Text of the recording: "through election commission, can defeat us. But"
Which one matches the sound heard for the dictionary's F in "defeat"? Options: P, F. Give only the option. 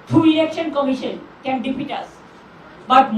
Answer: P